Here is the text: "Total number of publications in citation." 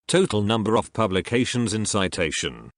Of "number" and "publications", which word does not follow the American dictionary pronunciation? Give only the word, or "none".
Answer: none